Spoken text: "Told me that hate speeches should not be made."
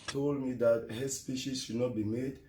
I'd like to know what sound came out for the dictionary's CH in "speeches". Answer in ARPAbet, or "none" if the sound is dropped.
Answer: SH